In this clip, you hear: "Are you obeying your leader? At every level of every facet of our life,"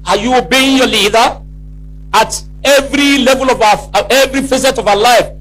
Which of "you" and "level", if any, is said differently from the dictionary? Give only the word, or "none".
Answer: none